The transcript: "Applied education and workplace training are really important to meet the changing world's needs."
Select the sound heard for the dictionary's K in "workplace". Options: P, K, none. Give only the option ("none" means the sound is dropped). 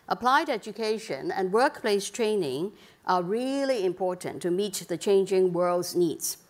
K